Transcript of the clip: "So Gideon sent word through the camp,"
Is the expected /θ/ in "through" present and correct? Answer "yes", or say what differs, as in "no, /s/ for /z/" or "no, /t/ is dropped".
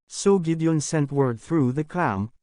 yes